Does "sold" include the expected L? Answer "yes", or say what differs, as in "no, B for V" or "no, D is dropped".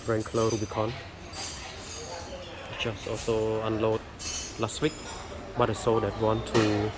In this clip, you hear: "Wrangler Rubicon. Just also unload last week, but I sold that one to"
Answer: no, L is dropped